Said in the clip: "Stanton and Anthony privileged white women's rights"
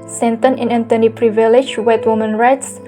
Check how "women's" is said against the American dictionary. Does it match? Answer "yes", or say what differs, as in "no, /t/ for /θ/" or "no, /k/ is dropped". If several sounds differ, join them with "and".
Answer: no, /z/ is dropped